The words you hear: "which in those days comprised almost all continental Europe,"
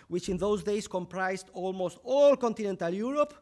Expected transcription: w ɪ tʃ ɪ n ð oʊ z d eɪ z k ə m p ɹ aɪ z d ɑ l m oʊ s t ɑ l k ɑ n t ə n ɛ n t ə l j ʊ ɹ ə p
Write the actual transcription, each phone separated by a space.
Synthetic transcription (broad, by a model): w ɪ tʃ ɪ n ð oʊ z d eɪ s k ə m p ɹ aɪ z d ɑ l m oʊ s t ɑ l k ɑ n t ə n ɛ n t ə l j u ɹ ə p